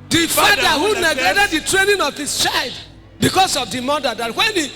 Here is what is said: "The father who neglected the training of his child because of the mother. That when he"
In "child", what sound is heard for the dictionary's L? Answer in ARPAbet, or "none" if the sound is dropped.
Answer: L